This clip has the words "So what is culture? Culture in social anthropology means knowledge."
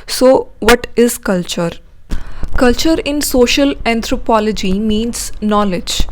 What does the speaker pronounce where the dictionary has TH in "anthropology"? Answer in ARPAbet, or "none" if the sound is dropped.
T